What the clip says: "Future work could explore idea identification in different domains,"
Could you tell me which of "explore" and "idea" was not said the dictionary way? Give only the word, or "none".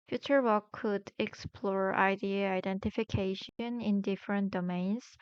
none